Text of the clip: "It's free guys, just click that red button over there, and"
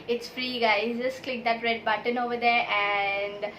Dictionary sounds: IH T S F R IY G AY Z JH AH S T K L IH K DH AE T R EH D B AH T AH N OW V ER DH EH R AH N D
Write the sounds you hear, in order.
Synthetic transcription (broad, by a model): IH T S F R IY G AY Z JH AH S T K L IH K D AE T R EH D B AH T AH N OW V ER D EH R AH N D